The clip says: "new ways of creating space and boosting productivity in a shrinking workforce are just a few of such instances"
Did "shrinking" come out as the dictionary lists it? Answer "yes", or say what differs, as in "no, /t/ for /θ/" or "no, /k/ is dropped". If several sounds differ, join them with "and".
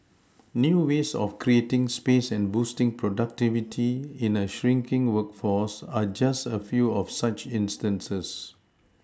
yes